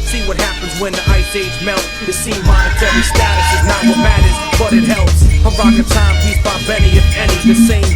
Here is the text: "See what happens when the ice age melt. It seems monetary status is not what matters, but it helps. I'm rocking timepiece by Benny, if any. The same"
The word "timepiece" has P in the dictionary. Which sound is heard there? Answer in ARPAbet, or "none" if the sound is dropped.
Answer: none